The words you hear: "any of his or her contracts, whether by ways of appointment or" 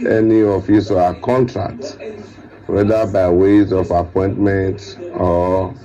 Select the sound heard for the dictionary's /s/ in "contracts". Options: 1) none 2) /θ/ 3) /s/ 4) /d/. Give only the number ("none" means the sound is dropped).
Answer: 1